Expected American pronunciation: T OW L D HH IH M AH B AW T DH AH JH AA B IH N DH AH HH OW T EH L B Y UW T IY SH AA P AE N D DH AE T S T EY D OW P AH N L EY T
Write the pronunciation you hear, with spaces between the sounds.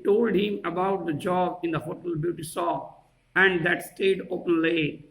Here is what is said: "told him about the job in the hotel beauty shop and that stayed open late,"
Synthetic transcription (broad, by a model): T OW L D HH IH M AH B AW T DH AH JH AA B IH N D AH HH OW T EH L B Y UW T IY S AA AE N D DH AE T S T EY D OW P AH N L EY